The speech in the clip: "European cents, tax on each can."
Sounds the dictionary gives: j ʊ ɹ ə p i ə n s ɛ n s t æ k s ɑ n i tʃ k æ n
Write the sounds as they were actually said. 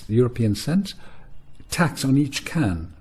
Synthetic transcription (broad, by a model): j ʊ ɹ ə p i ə n s ɛ n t t æ k s n i tʃ k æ n